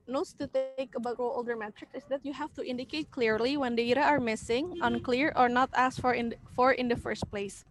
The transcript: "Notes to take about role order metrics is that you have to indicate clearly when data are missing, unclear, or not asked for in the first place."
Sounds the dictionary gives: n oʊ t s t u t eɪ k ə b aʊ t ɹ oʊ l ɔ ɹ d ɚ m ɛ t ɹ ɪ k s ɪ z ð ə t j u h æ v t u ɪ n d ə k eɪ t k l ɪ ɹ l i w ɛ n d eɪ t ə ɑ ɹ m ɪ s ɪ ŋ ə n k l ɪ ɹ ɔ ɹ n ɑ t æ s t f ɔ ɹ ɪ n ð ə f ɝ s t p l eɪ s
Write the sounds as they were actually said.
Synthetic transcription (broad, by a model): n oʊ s t u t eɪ k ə b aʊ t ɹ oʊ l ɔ l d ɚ m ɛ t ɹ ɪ k s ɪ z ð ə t j u h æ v t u ɪ n d ə k eɪ t k l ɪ ɹ l i w ɛ n d eɪ t ə ɑ ɹ m ɪ s ɪ ŋ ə n k l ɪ ɹ ɔ ɹ n ɑ t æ s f f ɔ ɹ ɪ n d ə f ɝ s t p l eɪ s